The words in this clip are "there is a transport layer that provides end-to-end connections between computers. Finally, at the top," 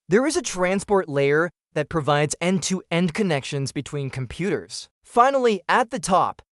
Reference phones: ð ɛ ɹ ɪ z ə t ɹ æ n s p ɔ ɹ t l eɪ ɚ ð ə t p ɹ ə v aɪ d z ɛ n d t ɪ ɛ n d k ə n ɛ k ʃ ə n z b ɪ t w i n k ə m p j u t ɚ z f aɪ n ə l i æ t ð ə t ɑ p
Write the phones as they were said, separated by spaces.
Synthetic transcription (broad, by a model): ð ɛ ɹ ɪ z ə t ɹ æ n s p ɔ ɹ t l eɪ ɚ ð ə t p ɹ ə v aɪ d z ɛ n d t ɪ ɛ n d k ə n ɛ k ʃ ə n z b ɪ t w i n k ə m p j u t ɚ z f aɪ n l i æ t ð ə t ɑ p